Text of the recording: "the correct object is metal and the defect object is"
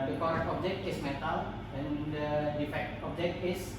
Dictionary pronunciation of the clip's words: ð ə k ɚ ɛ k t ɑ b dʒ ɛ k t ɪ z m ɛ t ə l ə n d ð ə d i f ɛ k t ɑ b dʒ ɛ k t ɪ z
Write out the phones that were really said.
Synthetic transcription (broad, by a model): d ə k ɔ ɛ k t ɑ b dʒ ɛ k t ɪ s m ɛ t ə l ə n d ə d i f ɛ k t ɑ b dʒ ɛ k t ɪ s